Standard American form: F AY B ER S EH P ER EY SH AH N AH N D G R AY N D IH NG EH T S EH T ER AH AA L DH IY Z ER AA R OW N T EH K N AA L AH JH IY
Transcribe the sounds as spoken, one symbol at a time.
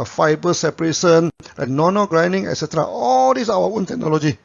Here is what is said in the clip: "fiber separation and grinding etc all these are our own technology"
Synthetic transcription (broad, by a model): F AY B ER S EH P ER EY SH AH N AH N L G R AY N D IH NG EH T S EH T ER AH AA L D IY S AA W OW N T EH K N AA L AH JH IY